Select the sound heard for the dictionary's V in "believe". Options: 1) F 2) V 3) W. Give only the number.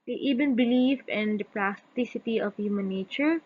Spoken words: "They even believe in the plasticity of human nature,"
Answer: 1